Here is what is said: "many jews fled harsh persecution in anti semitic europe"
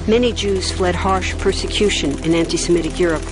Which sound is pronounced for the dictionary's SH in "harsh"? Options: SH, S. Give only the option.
SH